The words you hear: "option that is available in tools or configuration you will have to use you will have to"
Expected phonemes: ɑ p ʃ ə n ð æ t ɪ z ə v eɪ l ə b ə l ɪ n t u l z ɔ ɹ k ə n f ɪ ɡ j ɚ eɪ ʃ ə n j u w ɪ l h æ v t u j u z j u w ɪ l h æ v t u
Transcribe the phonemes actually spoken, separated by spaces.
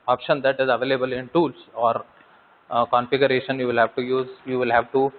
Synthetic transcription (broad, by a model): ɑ p ʃ ə n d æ t ɪ z ə v eɪ l ə b ə l ɪ n t u l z ɔ ɹ k ə n f ɪ ɡ j ɚ eɪ ʃ ə n j u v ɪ l h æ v t u j u z j u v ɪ l h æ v t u